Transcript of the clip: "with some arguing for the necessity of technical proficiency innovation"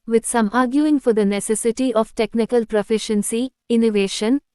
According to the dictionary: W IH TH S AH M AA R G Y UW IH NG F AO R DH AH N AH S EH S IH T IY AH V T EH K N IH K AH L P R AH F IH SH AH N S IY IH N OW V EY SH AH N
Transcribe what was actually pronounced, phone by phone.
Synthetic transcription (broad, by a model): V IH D S AH M AA R G Y UW IH NG F AO R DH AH N AH S EH S IH T IY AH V T EH K N IH K AH L P R AH F IH SH AH N S IY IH N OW V EY SH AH N